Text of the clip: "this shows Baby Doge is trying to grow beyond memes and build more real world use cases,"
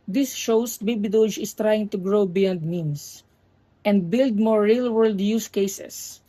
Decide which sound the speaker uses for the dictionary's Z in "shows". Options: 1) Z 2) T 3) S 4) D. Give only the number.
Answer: 3